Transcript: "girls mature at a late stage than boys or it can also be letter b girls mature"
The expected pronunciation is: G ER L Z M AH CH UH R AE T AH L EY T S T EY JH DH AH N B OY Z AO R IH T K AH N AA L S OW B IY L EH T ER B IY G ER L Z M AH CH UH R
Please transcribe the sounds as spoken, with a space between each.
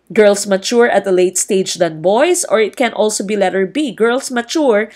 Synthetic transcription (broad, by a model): G ER L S M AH CH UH R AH T AH L EY T S T EY JH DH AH N B OY S AO R IH T K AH N AA L S OW B IY L EH T ER B IY G ER L S M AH CH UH R